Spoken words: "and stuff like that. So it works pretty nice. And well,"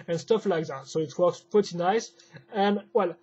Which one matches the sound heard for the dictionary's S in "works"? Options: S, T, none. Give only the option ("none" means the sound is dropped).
S